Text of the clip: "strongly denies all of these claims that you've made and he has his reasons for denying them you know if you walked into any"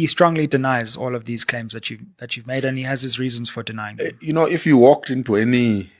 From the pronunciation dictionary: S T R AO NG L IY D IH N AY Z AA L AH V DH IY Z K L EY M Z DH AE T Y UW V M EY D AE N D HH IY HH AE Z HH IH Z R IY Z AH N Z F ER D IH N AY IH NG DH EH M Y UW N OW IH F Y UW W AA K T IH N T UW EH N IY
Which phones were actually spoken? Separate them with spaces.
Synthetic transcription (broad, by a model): S T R AO NG L IY D IH N AY Z AA L AH V DH IY Z K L EY M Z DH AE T Y UW V M EY D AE N HH IY HH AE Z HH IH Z R IY Z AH N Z F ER D IH N AY IH NG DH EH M Y UW N OW IH F Y UW W AA K T IH N T UW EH N IY